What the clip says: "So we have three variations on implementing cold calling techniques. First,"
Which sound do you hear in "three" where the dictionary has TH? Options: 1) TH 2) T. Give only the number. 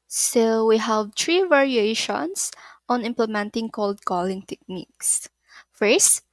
2